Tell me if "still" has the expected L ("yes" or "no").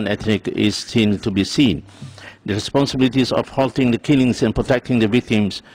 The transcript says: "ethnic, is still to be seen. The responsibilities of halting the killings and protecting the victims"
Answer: no